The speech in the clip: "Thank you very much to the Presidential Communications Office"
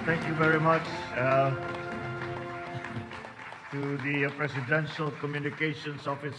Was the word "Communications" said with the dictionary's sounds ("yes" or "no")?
no